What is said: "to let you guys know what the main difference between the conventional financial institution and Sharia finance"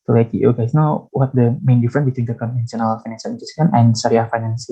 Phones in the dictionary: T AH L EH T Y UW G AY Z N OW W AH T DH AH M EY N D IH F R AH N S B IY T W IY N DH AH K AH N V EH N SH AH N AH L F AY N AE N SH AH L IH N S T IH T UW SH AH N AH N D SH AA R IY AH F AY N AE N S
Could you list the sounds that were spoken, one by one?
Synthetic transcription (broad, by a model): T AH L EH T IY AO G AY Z N OW W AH T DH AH M EY N D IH F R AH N B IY T W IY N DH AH K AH N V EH N S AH N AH L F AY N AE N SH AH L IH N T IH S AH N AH N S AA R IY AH F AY N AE N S